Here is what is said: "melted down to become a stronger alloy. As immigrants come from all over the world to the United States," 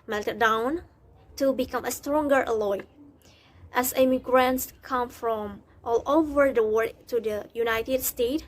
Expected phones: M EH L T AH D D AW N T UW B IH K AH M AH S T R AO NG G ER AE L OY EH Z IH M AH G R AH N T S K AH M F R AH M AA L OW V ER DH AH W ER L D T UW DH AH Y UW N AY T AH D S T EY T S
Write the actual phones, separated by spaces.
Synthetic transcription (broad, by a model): M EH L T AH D D AW N T UW B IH K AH M AH S T R AO NG G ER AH L OY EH S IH M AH G R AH N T S K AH M F R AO M AA L OW V ER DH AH W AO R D T UW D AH Y UW N AY T AH D S T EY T